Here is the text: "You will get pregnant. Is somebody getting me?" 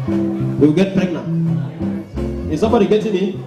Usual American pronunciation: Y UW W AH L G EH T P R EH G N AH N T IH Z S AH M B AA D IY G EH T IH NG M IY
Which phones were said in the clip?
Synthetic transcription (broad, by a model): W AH W G EH T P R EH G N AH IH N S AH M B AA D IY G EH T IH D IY